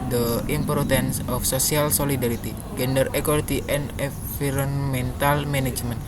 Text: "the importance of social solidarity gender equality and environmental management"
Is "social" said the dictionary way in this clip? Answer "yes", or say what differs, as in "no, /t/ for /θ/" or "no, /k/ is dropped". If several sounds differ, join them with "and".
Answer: no, /s/ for /ʃ/